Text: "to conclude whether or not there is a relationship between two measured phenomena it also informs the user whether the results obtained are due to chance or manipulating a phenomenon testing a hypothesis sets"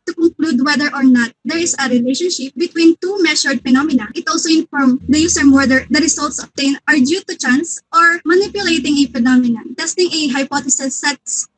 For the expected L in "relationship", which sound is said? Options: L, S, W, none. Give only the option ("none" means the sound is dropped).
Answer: L